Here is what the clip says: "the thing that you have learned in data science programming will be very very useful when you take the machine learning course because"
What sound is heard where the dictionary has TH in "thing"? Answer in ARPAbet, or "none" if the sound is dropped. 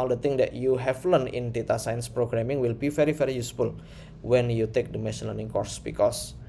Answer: T